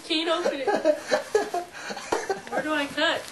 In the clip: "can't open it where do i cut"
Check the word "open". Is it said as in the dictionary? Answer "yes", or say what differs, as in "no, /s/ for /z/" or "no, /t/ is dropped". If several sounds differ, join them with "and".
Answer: no, /p/ is dropped and /n/ is dropped